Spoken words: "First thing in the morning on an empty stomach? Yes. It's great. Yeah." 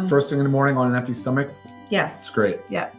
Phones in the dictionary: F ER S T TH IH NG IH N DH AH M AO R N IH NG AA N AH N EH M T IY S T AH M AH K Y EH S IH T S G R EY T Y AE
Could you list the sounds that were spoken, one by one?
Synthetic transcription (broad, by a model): F ER S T S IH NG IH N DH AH M AO R N IH NG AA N AH N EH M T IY S T AH M AH K Y EH S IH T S G R EY T Y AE